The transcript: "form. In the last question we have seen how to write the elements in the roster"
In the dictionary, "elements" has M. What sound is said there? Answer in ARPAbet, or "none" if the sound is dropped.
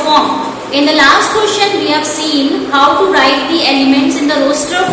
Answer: M